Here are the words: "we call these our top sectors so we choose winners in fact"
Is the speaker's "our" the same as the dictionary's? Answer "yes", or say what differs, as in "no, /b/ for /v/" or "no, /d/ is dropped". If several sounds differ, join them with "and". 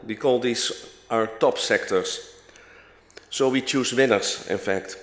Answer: yes